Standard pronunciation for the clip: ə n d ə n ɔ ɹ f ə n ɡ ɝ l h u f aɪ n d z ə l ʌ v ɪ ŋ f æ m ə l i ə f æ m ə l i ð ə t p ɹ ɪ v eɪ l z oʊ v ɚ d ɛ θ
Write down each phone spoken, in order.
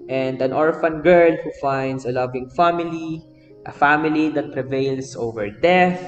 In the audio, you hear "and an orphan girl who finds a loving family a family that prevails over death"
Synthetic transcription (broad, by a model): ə n d ə n ɔ ɹ f ə n ɡ ɝ l h u f aɪ n d s ə l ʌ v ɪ ŋ f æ m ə l i ə f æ m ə l i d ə t p ɹ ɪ v eɪ l s oʊ v ɚ d ɛ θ